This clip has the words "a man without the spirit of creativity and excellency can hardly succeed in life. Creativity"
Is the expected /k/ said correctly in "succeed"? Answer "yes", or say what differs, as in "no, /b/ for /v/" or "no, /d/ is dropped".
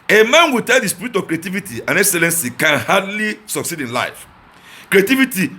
yes